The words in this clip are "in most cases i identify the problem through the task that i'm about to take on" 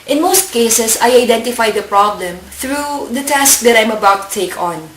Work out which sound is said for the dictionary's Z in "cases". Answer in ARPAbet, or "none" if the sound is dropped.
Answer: S